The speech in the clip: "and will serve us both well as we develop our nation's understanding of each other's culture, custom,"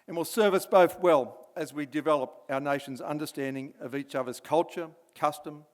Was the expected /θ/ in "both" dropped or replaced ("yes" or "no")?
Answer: no